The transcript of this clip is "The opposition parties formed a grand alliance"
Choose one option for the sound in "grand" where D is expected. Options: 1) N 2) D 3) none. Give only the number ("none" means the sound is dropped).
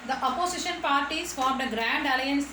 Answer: 2